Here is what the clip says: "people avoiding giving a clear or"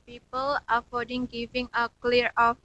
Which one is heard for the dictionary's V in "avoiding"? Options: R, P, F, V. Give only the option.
F